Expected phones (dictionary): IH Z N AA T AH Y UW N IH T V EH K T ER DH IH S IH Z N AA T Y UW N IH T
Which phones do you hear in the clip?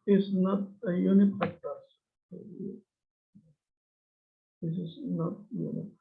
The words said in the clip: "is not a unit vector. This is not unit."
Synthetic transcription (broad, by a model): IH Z N AA T AH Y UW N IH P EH T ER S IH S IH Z N AA T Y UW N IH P